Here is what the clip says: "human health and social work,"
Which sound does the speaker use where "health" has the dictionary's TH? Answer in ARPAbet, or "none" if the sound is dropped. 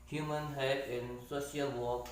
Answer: T